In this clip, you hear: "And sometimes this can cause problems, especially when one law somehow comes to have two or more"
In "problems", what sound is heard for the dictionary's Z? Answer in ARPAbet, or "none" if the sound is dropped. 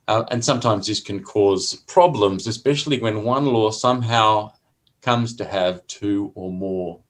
Z